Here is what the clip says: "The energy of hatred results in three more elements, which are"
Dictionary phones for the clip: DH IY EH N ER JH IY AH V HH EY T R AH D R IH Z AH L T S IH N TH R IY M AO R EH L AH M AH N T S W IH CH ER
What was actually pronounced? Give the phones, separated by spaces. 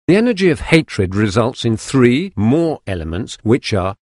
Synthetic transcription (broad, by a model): DH IY EH N ER JH IY AH V HH EY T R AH D R IH Z AH L T S IH N TH R IY M AO R EH L AH M AH N T S W IH CH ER